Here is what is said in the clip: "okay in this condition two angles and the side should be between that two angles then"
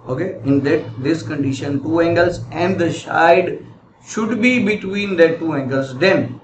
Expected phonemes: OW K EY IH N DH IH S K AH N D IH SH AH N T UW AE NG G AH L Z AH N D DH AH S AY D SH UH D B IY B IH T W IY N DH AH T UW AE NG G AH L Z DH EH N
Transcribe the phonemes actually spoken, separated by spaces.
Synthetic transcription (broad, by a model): OW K EY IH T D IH S K AH N D IH SH AH N T UW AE NG G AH L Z AH N D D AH SH AY D SH UH D B IY B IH T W IY N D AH T UW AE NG G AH L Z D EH N